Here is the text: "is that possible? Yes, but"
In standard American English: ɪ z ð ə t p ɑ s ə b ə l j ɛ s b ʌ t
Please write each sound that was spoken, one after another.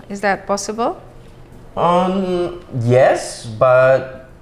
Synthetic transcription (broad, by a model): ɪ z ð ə t p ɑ s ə b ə l j ɛ s b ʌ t